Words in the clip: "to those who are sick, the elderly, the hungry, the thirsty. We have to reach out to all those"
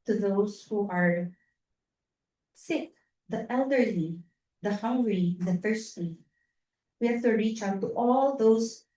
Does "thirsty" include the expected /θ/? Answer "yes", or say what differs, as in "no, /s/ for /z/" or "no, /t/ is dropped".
no, /f/ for /θ/